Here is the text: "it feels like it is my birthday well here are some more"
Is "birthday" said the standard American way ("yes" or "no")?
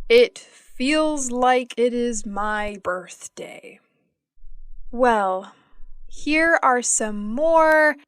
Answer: yes